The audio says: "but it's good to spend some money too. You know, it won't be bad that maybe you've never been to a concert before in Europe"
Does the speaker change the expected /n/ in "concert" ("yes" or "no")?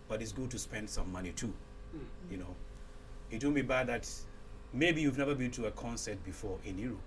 no